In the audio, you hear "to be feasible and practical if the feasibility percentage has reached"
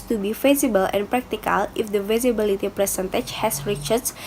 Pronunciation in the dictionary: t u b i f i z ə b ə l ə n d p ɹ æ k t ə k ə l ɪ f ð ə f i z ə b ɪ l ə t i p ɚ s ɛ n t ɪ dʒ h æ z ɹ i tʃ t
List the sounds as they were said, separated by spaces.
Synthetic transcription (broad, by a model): t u b i f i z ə b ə l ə n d p ɹ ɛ k t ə k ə l ɪ f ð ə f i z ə b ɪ l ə t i p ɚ s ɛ n t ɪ tʃ h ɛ s ɹ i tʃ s